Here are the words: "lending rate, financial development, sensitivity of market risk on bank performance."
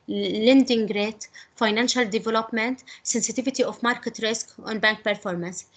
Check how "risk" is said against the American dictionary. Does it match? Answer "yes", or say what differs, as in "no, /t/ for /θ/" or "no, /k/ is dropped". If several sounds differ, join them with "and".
yes